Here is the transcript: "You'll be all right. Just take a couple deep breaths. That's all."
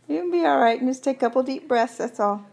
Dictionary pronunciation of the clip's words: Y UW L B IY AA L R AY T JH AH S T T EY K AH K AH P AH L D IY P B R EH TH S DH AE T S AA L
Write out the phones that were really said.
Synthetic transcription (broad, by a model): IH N B IY AA L R AY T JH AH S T T EY AH K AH P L D IY P B R EH TH S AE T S AA L